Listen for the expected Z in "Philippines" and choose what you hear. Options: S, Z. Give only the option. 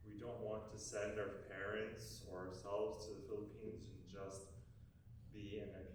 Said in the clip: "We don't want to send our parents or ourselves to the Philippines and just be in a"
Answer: Z